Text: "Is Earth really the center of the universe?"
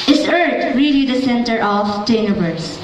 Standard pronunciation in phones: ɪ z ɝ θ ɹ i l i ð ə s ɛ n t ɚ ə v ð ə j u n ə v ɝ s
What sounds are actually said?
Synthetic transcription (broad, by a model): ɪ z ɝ t ɹ i l i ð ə s ɛ n t ɚ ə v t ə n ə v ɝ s